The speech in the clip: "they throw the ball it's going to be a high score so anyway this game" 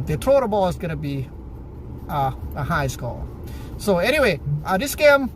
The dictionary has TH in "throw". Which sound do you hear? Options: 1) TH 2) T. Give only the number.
2